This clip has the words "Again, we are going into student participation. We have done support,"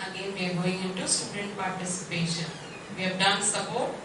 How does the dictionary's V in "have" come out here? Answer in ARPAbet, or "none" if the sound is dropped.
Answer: B